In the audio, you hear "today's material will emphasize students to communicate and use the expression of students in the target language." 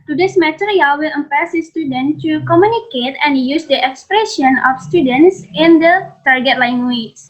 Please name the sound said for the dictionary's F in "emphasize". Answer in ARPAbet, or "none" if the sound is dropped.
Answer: P